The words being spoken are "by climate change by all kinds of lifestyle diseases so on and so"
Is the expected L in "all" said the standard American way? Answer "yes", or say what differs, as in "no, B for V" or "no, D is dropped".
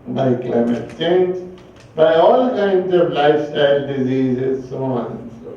yes